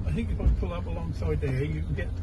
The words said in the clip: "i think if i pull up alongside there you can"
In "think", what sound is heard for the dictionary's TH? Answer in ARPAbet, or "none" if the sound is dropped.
TH